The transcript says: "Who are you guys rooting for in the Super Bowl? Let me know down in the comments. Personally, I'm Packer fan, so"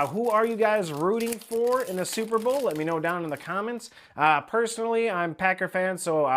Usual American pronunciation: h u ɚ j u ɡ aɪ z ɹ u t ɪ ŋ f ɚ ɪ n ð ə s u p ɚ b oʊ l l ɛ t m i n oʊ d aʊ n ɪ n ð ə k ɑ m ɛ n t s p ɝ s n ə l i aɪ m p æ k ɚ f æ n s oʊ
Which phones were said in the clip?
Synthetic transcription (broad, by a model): h u ɚ j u ɡ aɪ z ɹ u t ɪ ŋ f ɚ ɪ n ð ə s u p ɚ b oʊ l l ɛ t m i n oʊ d aʊ n ɪ n ð ə k ɑ m ɛ n t s p ɝ s n l i aɪ m p æ k ɚ f æ n s oʊ